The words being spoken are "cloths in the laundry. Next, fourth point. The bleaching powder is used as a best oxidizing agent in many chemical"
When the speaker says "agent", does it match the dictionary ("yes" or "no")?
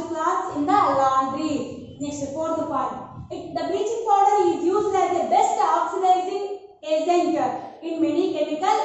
no